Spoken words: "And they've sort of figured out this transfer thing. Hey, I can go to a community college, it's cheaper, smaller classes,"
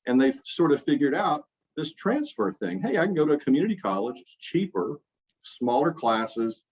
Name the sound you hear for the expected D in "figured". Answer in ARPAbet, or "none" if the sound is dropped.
D